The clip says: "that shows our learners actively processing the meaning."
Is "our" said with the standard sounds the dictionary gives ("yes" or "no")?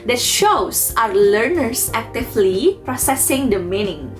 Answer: yes